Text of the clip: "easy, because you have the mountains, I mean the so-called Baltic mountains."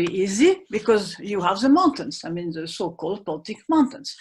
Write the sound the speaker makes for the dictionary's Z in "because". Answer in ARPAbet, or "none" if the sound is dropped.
Z